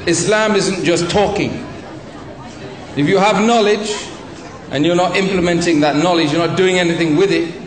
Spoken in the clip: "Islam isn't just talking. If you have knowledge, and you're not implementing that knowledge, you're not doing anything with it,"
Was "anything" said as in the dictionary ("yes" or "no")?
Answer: yes